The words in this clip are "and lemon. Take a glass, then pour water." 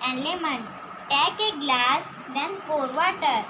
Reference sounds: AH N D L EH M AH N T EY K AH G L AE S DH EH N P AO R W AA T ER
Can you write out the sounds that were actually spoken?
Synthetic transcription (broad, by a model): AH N L EH M AH N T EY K AH G L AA S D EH N F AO R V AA T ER